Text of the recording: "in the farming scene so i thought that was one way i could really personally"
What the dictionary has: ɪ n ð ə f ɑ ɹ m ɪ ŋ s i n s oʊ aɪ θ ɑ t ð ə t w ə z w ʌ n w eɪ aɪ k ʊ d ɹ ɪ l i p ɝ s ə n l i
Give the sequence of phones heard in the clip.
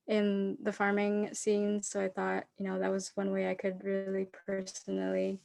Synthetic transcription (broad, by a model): ɪ n ð ə f ɑ ɹ m ɪ ŋ s i n s oʊ aɪ θ ɑ t ð ə t w ə z w ʌ n w eɪ aɪ k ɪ d ɹ ɪ l i p ɝ s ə n l i